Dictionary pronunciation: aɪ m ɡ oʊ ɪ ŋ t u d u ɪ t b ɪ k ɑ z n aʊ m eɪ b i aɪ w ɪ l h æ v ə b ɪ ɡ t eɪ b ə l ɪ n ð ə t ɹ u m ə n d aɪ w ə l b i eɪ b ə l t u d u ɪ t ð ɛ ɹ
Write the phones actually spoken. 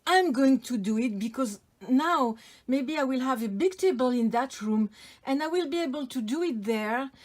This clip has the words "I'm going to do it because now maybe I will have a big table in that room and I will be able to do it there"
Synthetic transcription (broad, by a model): aɪ m ɡ oʊ ɪ ŋ t u d u ɪ t b ɪ k ɑ z n aʊ m eɪ b i aɪ w ɪ l h æ v ə b ɪ ɡ t eɪ b ə l ɪ n ð ə t ɹ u m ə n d aɪ w ə l b i eɪ b ə l t u d u ɪ t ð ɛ ɹ